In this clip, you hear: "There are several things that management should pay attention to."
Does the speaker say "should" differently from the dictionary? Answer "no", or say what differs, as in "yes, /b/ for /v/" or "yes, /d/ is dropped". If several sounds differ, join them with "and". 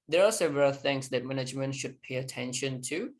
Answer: no